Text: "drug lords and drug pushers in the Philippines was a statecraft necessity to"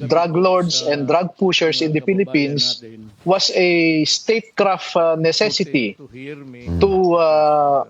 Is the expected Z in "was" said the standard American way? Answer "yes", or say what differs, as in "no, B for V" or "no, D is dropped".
no, S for Z